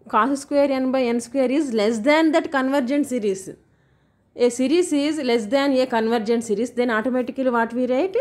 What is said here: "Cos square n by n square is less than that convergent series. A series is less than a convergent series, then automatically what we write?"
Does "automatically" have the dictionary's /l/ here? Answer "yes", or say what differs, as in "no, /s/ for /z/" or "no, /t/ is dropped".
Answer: no, /l/ is dropped